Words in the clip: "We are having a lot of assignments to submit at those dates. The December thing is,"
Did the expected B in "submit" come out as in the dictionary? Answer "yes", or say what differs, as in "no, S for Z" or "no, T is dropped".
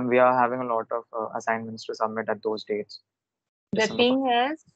yes